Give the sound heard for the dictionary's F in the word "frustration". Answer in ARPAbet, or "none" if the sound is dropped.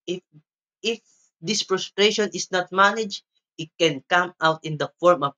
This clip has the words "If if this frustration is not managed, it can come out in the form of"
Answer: P